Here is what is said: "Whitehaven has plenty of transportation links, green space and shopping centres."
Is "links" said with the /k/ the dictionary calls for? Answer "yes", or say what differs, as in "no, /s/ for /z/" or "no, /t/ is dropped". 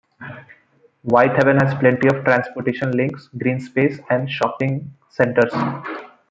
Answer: yes